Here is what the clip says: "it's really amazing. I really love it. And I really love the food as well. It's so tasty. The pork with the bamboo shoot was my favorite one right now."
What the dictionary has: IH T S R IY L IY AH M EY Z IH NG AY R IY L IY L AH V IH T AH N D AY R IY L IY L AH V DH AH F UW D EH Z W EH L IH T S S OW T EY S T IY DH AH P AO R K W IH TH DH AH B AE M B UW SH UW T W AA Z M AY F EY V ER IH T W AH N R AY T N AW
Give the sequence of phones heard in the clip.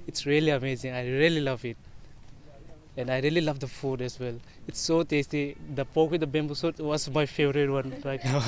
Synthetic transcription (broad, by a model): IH T S R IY L IY AH M EY Z IH NG AY R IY L IY L AH V IH T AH N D AY R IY L IY L AH V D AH F UW D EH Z W EH L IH T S S OW T EY S T IY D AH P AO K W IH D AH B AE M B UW S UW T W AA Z M AY F EY V ER IH T W AH N R AY T N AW